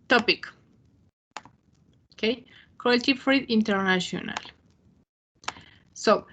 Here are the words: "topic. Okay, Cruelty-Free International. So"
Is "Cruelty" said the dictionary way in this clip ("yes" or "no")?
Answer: no